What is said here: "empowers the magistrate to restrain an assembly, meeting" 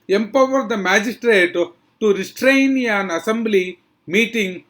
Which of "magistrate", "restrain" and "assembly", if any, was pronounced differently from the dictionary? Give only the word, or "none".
none